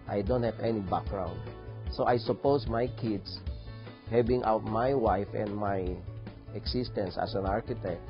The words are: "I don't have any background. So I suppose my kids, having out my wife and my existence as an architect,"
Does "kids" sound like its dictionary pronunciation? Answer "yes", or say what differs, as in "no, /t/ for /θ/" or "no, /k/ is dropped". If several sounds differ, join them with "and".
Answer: no, /s/ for /z/